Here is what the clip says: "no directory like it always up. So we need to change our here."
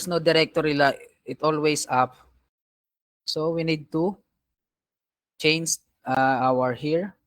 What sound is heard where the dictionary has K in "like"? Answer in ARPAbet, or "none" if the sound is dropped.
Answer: none